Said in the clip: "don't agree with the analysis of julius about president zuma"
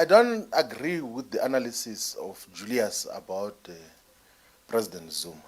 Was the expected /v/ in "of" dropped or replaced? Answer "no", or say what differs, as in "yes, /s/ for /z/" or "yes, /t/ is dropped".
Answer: yes, /f/ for /v/